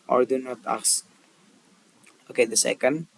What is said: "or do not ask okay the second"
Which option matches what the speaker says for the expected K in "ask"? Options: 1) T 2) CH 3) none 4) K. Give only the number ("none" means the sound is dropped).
3